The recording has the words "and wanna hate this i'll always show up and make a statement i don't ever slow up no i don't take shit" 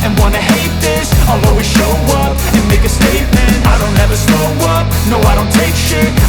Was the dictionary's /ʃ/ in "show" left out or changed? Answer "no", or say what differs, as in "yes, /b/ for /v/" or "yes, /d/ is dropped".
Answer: no